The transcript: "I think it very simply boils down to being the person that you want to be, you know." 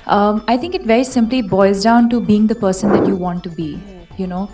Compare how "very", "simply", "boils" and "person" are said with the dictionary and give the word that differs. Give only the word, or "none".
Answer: boils